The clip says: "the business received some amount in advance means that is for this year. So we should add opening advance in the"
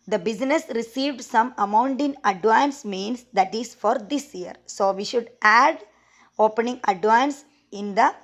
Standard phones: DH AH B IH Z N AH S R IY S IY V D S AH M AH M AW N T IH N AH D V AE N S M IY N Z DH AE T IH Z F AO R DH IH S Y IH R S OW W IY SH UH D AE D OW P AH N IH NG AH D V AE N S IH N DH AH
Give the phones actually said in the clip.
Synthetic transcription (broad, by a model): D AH B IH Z N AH S R IY S IY V D S AH M AH M AW N T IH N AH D V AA N S M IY N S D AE T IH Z F AO R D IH S Y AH R S OW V IY SH UH D AE D OW P AH N IH NG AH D V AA N S IH N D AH